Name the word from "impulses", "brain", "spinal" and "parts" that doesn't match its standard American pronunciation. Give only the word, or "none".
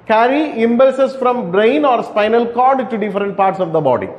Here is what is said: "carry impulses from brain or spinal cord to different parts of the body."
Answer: impulses